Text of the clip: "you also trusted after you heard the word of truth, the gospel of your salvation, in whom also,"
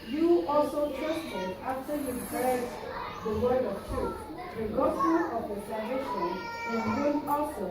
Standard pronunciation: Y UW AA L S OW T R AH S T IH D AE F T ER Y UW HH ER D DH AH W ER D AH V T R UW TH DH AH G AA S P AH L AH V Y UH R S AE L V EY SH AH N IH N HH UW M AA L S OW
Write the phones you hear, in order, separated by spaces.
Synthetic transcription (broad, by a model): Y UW AA L S OW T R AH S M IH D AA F T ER Y UW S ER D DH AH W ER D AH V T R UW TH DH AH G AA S AH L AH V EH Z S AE V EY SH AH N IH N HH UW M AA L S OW